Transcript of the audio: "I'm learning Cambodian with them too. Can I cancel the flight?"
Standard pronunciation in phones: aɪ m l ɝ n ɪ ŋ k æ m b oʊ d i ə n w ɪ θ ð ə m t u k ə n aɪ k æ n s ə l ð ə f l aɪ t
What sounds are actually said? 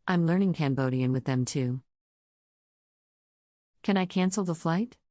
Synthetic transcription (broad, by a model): aɪ m l ɝ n ɪ ŋ k æ m b oʊ d i ə n w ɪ ð ə m t u k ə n aɪ k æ n s l ð ə f l aɪ t